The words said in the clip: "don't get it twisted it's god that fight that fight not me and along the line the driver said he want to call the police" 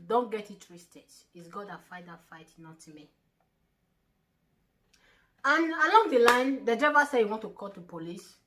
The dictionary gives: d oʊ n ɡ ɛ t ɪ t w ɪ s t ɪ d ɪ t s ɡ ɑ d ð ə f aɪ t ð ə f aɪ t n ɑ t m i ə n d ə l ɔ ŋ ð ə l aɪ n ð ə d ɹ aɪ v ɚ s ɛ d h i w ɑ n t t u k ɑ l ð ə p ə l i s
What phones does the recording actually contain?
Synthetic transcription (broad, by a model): d oʊ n ɡ ɛ t ɪ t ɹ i s t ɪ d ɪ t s ɡ ɑ d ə f aɪ t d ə f aɪ t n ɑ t m i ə n ə l ɔ ŋ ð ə l aɪ n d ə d ɛ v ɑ s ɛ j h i w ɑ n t t u k ɑ l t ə p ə l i s